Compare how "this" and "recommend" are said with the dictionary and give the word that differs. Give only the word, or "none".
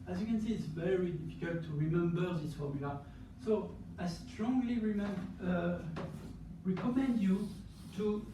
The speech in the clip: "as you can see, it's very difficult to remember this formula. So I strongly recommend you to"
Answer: none